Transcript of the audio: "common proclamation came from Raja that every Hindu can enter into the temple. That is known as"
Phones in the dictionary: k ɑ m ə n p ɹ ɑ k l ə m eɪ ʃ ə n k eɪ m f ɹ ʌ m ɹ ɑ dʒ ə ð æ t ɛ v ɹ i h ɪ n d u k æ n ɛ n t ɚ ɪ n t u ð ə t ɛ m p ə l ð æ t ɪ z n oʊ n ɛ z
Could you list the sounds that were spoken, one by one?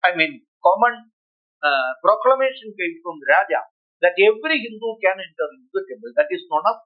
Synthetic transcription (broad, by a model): k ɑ m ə n p ɹ ɑ k l ə m eɪ ʃ ə n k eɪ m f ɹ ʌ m ɹ ɑ dʒ ə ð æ t ɛ v ɹ i h ɪ n d u k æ n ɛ n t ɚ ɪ t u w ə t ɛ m ə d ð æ t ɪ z n oʊ n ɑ